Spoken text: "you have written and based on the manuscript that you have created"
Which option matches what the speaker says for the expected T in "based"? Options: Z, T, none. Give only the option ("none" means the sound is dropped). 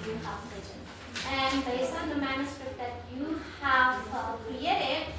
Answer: none